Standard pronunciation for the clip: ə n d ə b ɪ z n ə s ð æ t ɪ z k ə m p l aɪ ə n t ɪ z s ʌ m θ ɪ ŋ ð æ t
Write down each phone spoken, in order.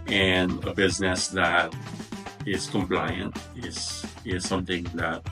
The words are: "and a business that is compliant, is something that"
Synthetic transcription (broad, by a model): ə n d ə b ɪ z n ə s ð æ t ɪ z k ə m p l aɪ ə n t ɪ z s ʌ m θ ɪ ŋ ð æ t